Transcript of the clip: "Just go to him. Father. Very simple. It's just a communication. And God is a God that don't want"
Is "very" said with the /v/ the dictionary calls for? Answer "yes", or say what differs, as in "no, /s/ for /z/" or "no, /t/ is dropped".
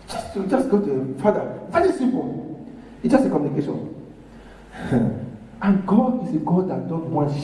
yes